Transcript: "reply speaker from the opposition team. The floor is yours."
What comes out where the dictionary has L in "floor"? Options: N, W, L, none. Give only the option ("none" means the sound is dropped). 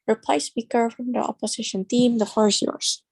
none